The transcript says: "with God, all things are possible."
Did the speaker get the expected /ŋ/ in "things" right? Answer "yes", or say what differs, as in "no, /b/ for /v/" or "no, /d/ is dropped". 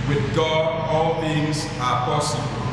yes